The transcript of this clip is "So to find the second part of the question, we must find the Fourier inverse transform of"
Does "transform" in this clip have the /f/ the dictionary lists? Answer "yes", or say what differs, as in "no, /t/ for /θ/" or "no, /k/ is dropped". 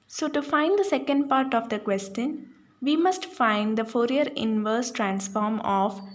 yes